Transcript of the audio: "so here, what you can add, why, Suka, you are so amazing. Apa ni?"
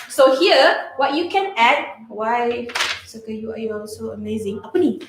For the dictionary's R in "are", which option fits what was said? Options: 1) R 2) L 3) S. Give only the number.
2